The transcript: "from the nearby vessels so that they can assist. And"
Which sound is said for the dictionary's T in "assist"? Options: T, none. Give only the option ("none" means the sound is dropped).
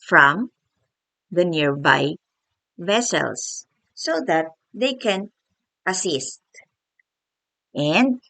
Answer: T